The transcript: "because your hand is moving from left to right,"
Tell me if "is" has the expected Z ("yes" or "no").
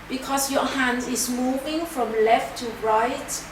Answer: no